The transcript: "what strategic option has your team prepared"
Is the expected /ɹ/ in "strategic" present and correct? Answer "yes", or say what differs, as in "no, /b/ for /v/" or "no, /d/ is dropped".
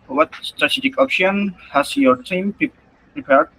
yes